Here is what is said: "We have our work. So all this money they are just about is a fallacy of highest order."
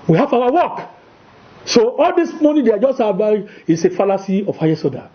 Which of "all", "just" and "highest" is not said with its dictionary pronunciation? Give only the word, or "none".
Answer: highest